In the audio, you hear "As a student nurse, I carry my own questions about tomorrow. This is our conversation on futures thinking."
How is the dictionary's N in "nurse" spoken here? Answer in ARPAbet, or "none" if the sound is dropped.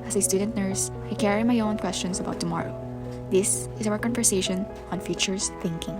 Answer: N